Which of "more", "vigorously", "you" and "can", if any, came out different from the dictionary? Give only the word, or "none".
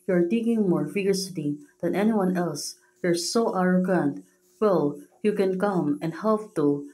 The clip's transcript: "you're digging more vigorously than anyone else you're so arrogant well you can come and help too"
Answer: vigorously